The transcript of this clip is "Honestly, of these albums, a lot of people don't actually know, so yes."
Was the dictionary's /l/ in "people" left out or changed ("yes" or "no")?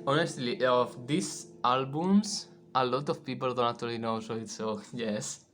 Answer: no